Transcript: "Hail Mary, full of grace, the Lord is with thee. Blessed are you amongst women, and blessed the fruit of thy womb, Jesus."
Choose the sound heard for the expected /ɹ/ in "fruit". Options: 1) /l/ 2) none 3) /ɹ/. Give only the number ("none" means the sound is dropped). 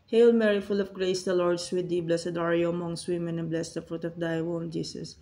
3